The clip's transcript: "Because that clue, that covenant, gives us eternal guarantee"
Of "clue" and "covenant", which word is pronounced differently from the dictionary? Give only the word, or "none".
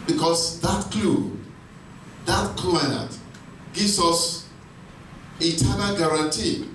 covenant